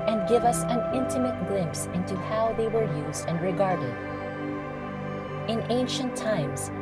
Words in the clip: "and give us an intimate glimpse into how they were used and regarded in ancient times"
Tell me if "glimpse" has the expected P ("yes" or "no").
yes